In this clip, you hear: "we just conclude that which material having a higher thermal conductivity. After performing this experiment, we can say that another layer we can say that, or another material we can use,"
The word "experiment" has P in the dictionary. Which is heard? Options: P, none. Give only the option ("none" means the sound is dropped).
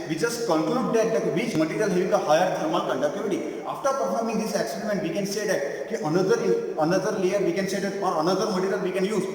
none